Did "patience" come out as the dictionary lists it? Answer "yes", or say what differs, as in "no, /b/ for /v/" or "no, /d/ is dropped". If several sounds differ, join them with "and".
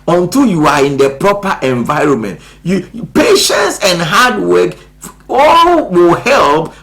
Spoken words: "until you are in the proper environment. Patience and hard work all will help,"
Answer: yes